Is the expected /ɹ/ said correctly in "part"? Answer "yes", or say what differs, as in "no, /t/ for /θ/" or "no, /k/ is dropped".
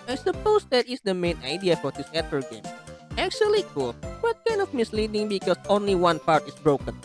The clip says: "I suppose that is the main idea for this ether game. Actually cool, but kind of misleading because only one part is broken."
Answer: yes